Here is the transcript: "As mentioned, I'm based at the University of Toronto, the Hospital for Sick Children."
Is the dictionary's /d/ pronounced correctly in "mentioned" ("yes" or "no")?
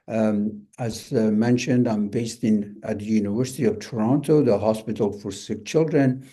yes